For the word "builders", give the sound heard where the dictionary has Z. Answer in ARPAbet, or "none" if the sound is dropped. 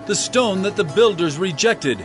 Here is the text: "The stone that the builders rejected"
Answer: Z